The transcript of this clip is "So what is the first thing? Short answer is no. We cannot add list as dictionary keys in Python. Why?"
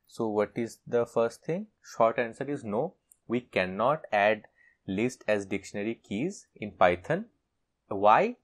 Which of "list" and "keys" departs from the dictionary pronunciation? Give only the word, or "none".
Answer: none